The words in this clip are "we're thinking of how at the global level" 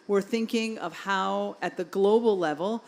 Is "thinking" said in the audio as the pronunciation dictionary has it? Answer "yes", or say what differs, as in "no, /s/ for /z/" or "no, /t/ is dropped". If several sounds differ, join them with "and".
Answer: yes